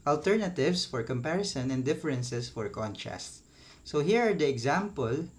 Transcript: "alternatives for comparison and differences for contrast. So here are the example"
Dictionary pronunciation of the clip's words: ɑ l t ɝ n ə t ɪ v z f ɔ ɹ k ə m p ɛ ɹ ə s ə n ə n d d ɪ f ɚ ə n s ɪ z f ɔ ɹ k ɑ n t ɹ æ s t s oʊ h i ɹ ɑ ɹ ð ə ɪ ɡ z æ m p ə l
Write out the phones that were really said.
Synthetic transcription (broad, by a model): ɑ l t ɝ n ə t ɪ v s f ɔ ɹ k ə m p ɛ ɹ ə s ə n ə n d d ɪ f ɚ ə n s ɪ s f ɔ ɹ k ɑ n t ɹ æ s t s oʊ h i ɹ ɑ ɹ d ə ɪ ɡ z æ m p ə l